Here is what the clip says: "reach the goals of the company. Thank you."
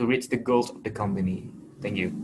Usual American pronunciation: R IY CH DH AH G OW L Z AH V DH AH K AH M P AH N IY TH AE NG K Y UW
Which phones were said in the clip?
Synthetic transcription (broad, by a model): R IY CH DH AH G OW L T AH V DH AH K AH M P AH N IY TH AE NG K Y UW